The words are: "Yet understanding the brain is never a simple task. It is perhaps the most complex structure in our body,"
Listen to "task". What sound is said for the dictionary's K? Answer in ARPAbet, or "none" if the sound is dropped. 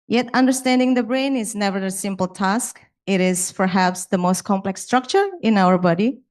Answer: K